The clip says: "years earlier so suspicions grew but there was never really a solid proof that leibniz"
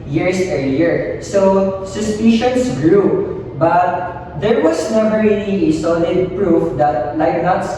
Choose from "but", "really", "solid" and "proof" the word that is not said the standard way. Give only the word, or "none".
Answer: really